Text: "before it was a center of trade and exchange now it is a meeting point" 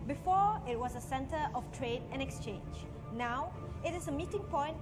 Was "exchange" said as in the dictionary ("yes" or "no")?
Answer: yes